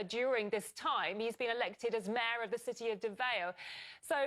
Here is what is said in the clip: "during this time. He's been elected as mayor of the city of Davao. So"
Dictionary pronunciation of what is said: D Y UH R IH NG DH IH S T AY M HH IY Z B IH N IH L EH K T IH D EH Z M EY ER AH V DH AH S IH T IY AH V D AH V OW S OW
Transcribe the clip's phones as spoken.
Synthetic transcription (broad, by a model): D Y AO R IH NG DH IH S T AY M HH IY Z B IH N IH L EH K T IH D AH Z M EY ER AH V DH AH S IH T IY AH V D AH V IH S OW